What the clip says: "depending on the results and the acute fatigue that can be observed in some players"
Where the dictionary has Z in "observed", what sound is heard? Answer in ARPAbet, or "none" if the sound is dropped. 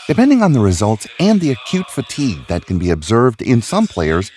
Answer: Z